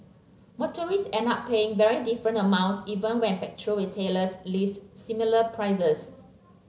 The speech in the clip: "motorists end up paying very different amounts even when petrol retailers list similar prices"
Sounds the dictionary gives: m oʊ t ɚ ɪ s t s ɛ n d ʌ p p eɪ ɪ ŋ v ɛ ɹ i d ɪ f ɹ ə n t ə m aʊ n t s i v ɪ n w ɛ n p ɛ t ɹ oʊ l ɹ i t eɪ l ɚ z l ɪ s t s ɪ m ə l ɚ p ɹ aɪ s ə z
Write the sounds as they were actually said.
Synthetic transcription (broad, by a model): m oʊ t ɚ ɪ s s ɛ n ɑ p p eɪ ɪ ŋ v ɛ ɹ i d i f ɹ ə n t ə m aʊ n t s i v ɪ n w ɛ n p ɛ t ɹ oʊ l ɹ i t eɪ l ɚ s l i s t s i m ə l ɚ p ɹ aɪ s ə s